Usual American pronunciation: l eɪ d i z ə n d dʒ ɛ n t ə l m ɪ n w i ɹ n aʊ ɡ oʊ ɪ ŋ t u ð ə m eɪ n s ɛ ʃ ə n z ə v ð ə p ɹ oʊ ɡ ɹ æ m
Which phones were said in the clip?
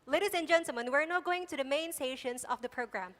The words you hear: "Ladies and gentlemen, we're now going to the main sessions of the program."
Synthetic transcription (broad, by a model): l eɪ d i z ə n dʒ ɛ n s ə m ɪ n w i ɹ n aʊ ɡ oʊ ɪ ŋ t u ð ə m eɪ n s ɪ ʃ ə n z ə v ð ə p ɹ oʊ ɡ ɹ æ m